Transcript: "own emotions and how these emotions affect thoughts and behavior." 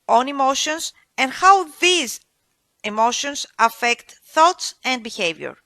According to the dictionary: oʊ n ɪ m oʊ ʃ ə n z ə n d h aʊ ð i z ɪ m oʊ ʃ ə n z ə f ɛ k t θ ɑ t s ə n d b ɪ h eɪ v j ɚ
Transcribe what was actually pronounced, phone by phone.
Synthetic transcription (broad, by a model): oʊ n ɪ m oʊ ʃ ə n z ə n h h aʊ ð i z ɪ m oʊ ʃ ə n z ə f ɛ k t θ ɑ t s ə n d b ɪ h eɪ v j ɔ